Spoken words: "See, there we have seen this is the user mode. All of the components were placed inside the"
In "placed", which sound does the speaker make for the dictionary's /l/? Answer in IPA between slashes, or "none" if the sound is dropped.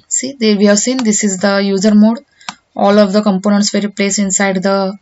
/l/